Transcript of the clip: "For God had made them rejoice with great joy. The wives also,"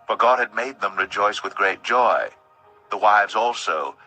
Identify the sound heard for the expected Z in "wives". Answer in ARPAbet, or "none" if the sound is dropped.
Z